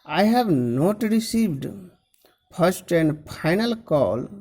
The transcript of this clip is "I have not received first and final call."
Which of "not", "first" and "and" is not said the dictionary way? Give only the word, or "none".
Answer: first